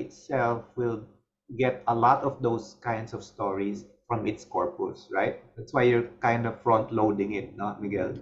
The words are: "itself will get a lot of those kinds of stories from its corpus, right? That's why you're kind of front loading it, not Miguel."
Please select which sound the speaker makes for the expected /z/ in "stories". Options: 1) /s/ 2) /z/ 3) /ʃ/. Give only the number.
1